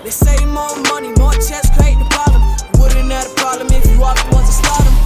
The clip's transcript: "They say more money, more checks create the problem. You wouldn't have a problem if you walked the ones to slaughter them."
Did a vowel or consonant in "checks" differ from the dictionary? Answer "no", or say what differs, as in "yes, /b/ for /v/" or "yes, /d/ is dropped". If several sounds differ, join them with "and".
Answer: yes, /k/ is dropped